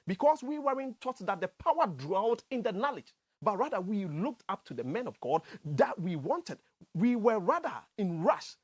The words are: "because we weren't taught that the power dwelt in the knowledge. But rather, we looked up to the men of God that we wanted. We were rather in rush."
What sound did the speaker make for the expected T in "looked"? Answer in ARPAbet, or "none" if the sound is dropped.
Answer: T